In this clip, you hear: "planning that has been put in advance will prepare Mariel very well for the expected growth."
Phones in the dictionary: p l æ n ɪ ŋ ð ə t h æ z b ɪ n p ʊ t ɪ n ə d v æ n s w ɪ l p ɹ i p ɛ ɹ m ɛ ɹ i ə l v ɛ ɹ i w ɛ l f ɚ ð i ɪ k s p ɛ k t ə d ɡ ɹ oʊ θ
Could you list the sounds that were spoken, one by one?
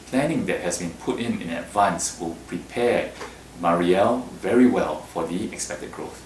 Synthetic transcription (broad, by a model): p l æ n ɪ ŋ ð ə t h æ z b ɪ n p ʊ t ɪ n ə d v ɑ n s w ɪ l p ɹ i p ɛ m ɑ ɹ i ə l v ɛ ɹ i w ɛ l f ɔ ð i ɪ k s p ɛ k t ə d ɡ ɹ oʊ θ